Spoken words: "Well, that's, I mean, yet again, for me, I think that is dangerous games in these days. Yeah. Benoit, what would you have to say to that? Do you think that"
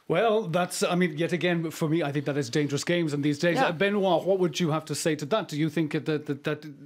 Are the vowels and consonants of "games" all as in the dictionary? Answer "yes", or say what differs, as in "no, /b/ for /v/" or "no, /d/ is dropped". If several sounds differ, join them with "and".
yes